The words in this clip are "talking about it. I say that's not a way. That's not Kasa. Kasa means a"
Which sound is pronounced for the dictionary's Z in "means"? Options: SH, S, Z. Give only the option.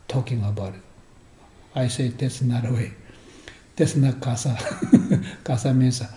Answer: S